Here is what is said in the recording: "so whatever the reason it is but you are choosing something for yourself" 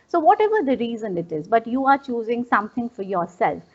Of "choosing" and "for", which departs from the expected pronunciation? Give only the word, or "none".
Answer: none